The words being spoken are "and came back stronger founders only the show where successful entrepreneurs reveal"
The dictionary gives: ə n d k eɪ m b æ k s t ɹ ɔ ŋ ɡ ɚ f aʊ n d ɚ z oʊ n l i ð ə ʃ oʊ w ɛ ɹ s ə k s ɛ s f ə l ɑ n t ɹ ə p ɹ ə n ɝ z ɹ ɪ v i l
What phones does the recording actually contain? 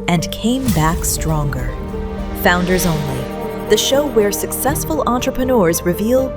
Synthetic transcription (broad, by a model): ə n k eɪ m b æ k s t ɹ ɔ ŋ ɡ ɚ f aʊ n d ɚ z oʊ n l i ð ə ʃ oʊ w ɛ ɹ s ə k s ɛ s f ə l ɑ n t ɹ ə p ɹ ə n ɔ z ɹ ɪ v i l